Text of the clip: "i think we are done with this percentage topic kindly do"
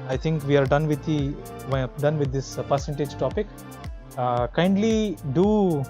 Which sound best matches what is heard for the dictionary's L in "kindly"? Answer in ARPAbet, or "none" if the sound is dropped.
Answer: L